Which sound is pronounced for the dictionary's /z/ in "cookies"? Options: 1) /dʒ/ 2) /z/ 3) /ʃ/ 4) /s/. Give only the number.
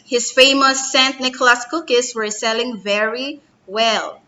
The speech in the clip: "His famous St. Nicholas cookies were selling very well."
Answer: 4